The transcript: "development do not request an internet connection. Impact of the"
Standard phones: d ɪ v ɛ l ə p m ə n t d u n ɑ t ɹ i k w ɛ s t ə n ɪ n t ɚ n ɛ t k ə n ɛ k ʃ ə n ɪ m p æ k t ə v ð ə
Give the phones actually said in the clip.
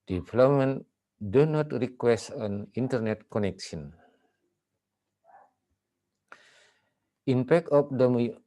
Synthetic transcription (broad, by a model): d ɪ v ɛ l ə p m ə n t d u n ɑ t ɹ i k w ɛ s t ə n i n t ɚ n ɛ t k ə n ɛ k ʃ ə n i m p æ k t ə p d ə